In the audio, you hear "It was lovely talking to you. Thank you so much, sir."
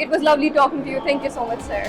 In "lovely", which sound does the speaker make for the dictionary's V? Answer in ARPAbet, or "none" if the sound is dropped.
V